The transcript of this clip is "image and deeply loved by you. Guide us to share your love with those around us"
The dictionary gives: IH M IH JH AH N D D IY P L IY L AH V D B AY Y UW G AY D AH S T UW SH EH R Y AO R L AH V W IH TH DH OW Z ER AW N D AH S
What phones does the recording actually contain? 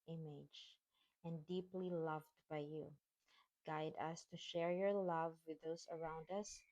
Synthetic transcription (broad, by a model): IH M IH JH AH N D D IY P L IY L AH V D B AY Y UW G AY D AH S T UW SH EH R Y AO R L AH V W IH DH OW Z ER AW N D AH S